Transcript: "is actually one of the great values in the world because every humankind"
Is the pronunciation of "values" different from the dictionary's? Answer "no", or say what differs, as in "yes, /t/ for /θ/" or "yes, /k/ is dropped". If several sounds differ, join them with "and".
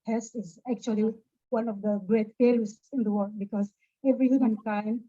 yes, /f/ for /v/